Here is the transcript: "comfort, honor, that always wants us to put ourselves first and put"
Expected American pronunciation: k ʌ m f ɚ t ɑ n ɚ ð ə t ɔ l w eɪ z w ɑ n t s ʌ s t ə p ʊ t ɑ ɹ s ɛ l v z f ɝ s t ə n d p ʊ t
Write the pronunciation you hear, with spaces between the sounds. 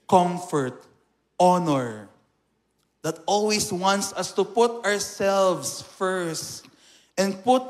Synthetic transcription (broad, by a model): k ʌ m f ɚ t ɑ n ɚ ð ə t ɔ l w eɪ s w ɑ n t s ʌ s t ə p ʊ t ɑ ɹ s ɛ l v s f ɝ s t ə n d p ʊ t